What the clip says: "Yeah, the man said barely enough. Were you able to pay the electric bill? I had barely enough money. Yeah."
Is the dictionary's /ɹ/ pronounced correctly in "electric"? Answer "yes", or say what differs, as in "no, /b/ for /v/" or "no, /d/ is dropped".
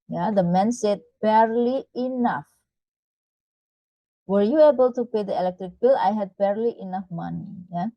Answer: yes